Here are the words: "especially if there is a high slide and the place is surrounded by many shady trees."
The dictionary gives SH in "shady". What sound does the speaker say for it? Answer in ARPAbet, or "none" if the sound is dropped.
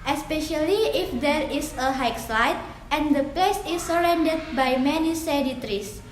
S